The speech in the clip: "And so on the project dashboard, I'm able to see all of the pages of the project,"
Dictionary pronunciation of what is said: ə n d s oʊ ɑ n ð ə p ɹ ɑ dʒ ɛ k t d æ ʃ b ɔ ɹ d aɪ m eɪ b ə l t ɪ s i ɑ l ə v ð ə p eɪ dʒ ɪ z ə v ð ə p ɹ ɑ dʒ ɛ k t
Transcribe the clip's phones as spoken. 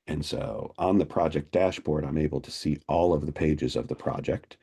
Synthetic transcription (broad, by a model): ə n s oʊ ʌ n ð ə p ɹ ɑ dʒ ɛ k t d æ ʃ b ɔ ɹ d aɪ m eɪ b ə l t ɪ s i ɑ l ə v ð ə p eɪ dʒ ɪ z ə v ð ə p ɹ ɑ dʒ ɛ k t